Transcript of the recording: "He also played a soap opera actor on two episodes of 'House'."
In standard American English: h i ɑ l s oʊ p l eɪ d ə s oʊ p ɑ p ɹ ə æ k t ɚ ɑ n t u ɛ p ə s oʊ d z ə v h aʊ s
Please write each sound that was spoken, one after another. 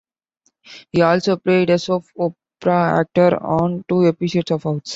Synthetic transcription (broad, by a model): h i ɑ l s oʊ p l eɪ d ə s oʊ f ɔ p ɹ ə æ k t ɚ ɑ n t u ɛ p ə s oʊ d s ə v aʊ s